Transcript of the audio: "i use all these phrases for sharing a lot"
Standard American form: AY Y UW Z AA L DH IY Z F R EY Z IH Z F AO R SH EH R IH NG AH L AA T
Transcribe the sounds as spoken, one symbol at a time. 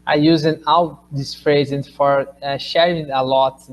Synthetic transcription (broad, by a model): AY Y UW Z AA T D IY S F R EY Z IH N F AO R SH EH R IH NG AH L AA T